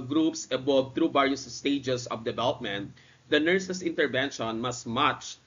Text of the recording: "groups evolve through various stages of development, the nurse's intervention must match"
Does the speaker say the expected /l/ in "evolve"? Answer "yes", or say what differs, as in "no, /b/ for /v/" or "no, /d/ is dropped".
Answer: no, /l/ is dropped